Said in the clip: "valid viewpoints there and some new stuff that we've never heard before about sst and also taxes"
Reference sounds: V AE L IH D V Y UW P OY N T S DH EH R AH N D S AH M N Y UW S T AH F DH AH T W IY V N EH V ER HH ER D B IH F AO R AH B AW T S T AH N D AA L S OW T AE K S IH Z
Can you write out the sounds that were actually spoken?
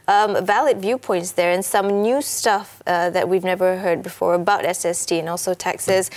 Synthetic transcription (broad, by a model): V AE L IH D V Y UW P OY N T S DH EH R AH N S AH M N Y UW S T AH F DH AH T W IY V N EH V ER HH ER D B IH F AO R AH B AW T S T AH N AA L S OW T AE K S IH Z